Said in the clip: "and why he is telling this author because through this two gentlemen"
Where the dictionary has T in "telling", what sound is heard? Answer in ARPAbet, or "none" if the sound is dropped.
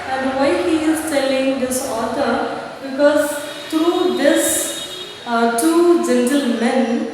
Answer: T